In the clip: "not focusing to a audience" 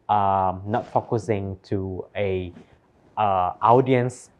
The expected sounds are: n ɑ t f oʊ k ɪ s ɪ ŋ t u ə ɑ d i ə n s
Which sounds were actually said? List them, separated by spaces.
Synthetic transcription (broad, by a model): n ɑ t f oʊ k ɪ s ɪ ŋ t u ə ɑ d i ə n s